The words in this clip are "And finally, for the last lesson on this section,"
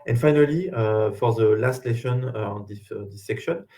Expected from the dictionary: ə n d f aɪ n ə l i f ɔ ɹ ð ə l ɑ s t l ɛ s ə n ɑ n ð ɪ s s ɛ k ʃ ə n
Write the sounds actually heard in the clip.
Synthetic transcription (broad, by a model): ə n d f aɪ n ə l i f ɔ ɹ ð ə l ɑ s t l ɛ ʃ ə n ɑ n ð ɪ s s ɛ k ʃ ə n